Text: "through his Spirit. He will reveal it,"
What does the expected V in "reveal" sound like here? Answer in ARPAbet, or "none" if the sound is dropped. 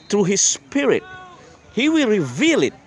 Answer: V